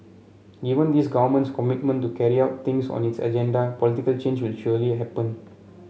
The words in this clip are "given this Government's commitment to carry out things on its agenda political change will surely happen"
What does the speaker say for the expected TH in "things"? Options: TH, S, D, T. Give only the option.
T